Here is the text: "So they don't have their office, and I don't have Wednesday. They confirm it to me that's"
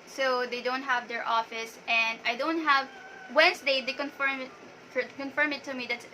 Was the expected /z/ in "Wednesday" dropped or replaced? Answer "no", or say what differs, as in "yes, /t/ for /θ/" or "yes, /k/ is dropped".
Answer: yes, /s/ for /z/